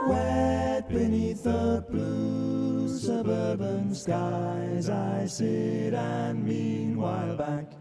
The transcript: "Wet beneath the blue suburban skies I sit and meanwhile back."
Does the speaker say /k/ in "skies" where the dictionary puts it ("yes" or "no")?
yes